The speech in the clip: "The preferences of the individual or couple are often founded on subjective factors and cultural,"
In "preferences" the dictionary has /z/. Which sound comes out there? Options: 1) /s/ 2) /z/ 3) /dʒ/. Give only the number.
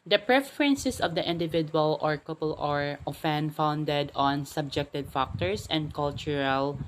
1